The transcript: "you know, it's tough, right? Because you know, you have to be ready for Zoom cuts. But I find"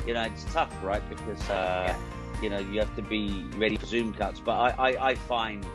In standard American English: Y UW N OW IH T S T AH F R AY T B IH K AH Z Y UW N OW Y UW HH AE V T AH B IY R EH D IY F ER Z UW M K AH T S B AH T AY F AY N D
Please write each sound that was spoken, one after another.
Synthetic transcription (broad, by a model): Y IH N OW IH T S T AH F R AY T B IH K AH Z Y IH N OW Y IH HH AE F T AH B IY R EH D IY F ER Z UW M K AH T S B AH T AY F AY N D